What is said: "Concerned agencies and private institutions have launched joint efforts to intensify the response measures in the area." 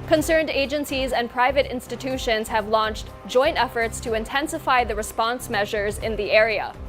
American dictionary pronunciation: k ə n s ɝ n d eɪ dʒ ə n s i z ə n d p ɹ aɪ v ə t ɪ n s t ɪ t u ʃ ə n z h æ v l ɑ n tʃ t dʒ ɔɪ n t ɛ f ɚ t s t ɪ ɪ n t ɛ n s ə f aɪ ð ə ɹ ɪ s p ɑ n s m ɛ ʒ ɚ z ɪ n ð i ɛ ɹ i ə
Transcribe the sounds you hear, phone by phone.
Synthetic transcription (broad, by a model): k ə n s ɝ n d eɪ dʒ ə n s i z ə n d p ɹ aɪ v ə t ɪ n s t ɪ t u ʃ ə n z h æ v l ɑ n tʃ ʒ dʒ ɔɪ n t ɛ f ɚ t s t ɪ ɪ n t ɛ n s ə f aɪ ð ə ɹ ɪ s p ɑ n s m ɛ ʒ ɚ z ɪ n ð i ɛ ɹ i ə